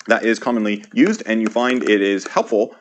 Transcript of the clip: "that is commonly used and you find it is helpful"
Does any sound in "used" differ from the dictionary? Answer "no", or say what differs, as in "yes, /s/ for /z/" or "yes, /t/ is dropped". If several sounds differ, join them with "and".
no